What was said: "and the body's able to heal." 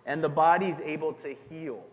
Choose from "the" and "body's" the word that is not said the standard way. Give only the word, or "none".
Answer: none